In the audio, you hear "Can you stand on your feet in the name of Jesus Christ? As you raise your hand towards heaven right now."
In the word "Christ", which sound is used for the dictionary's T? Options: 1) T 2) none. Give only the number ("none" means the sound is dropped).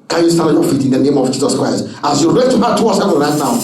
1